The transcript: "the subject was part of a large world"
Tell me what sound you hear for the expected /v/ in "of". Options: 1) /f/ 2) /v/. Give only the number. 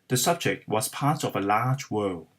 2